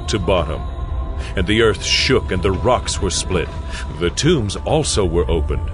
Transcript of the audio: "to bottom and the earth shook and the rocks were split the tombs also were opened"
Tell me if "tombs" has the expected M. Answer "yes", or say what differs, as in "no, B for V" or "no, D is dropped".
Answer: yes